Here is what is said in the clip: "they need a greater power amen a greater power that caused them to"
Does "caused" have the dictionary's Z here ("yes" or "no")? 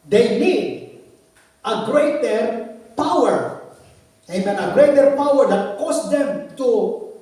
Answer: no